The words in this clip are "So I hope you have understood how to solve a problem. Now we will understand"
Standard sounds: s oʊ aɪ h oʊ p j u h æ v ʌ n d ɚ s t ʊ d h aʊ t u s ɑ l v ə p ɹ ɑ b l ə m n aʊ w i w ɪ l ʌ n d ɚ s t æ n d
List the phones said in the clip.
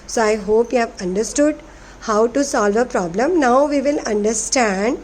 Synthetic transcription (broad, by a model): s oʊ aɪ h oʊ p j u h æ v ʌ n d ɚ s t ʊ d h aʊ t u s ɑ l v ə p ɹ ɑ b l ə m n aʊ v i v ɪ l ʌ n d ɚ s t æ n d